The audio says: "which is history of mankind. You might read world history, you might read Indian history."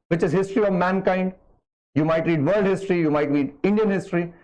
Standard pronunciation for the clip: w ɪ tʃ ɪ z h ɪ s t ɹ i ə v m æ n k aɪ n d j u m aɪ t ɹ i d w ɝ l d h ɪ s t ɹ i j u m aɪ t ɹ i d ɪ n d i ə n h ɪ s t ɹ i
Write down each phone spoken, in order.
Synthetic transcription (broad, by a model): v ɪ tʃ ɪ z h ɪ s t ɹ i ə v m æ n k aɪ n d j u m aɪ t ɹ i d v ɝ l d h ɪ s t ɹ i j u m aɪ t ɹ i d ɪ n d i ə n h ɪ s t ɹ i